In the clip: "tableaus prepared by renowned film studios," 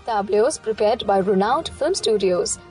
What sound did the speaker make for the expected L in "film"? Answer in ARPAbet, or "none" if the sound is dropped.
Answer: L